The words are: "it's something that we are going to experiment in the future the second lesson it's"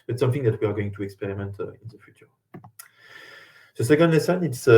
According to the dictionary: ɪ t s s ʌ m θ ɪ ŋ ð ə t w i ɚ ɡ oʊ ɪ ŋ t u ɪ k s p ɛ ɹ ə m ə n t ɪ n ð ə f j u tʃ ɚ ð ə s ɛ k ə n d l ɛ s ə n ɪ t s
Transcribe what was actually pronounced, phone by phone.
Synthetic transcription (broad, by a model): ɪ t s s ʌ m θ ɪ ŋ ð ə t w i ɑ ɡ oʊ ɪ ŋ t u ɪ k s p ɛ ɹ ə m ə n t ɪ n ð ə f j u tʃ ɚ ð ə s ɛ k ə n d l ɛ s ə n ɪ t s